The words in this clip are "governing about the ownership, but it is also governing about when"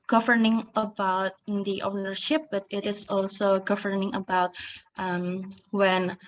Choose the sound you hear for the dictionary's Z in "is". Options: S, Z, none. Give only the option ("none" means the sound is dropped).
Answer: S